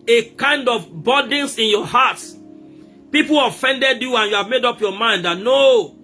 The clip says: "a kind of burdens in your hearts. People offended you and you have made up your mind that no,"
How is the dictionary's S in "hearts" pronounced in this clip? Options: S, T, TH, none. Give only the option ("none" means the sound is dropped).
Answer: none